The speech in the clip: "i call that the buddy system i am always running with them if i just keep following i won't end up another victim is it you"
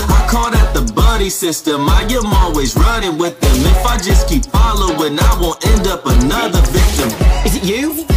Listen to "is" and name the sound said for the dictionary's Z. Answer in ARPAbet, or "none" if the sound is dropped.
Z